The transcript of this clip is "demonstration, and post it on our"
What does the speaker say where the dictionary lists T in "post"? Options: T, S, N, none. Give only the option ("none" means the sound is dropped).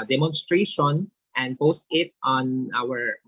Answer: T